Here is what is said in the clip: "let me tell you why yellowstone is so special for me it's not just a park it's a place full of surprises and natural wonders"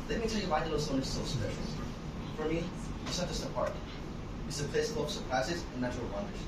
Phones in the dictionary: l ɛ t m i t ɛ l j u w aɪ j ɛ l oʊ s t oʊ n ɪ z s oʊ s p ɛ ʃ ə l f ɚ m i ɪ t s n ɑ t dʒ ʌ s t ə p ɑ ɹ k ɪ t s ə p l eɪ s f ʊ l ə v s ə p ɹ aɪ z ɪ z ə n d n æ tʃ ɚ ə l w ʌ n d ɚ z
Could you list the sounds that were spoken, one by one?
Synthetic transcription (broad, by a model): l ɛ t m i t ɛ l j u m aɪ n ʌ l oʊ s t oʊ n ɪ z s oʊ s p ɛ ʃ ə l f ɚ m i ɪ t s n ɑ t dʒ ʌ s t ə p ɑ ɹ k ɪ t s ə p eɪ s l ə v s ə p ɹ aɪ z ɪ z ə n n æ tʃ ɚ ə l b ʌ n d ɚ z